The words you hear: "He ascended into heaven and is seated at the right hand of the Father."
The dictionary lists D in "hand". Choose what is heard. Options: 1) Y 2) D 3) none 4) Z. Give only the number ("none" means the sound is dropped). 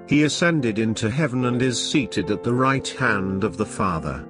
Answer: 2